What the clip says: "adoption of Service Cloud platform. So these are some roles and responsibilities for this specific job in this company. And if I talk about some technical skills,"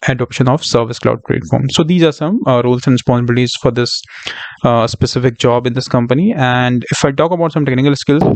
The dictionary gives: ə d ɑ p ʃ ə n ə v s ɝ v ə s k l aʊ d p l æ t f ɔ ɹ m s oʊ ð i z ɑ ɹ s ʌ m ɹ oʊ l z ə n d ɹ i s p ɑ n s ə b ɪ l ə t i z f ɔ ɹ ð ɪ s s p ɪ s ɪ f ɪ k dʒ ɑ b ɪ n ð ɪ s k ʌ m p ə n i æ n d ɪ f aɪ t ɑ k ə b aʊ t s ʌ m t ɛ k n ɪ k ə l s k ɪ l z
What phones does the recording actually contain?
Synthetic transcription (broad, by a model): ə d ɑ p ʃ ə n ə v s ɝ v ə s k l aʊ d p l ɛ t f ɔ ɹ m s oʊ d i z ɑ ɹ s ʌ m ɹ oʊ l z ə n d ɹ i s p ɑ n s ə b ɪ l ə t i z f ɔ ɹ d ɪ s s p ɪ s ɪ f ɪ k dʒ ɑ b ɪ n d ɪ s k ʌ m p ə n i æ n d ɪ f aɪ t ɑ k ə b aʊ t s ʌ m t ɛ k n ɪ k ə l s k ɪ l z